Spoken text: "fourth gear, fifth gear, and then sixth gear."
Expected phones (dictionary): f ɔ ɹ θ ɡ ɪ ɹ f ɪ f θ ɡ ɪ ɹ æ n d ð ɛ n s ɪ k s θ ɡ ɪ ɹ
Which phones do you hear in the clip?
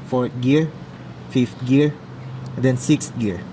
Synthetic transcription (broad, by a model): f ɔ ɹ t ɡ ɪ ɹ f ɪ f t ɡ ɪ ɹ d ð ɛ n s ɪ k s t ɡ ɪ ɹ